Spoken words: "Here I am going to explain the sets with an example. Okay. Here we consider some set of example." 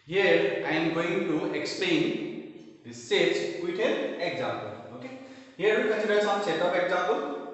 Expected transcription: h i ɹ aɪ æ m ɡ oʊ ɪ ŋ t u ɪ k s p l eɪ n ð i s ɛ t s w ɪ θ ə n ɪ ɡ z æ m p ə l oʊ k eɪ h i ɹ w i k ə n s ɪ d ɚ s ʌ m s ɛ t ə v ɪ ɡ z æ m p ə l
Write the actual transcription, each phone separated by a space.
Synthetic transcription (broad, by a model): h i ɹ aɪ m ɡ oʊ ɪ ŋ t u ɪ k s p l eɪ n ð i s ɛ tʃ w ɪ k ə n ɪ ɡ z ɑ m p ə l oʊ k eɪ h i ɹ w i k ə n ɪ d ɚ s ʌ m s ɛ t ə p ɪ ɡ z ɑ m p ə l